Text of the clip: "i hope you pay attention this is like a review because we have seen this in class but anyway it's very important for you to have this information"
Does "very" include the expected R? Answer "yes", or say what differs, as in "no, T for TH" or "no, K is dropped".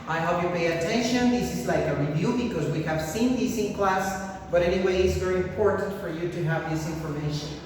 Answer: yes